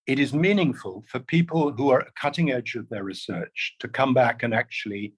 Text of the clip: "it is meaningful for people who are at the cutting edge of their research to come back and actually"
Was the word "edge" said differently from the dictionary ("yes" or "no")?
no